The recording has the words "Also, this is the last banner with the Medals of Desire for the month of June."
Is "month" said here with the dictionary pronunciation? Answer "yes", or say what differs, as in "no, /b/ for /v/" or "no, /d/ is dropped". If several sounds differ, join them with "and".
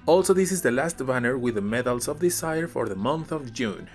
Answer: yes